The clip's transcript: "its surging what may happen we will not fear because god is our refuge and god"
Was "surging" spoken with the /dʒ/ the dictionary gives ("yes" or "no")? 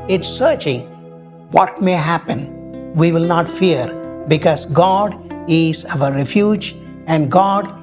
no